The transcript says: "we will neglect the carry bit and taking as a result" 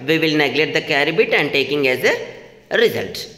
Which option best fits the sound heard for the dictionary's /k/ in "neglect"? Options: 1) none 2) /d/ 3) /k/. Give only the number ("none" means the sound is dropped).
1